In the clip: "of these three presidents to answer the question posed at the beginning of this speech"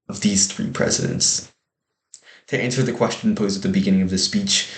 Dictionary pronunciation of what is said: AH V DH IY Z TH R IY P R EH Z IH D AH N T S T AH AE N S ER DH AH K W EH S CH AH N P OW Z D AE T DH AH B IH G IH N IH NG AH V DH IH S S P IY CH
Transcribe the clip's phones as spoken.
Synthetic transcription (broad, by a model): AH V DH IY Z TH R IY P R EH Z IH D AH N T S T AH AE N S ER DH AH K W EH S CH AH N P OW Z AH T DH AH B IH G IH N IH NG AH V DH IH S S P IY CH